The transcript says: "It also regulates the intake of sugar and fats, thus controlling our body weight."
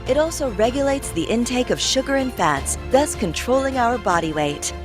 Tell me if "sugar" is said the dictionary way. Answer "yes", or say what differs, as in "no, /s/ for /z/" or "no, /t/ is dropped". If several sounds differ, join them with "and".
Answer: yes